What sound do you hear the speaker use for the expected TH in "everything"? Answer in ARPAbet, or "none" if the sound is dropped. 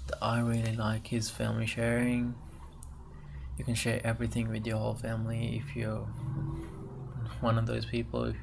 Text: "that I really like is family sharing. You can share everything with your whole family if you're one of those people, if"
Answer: TH